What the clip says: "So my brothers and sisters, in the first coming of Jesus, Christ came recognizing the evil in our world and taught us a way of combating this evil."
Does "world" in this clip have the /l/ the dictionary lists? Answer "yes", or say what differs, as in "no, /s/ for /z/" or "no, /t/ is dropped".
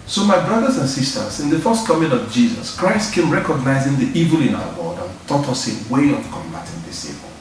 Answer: no, /l/ is dropped